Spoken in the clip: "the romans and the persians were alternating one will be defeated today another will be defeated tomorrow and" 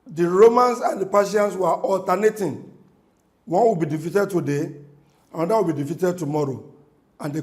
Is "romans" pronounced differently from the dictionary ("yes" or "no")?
yes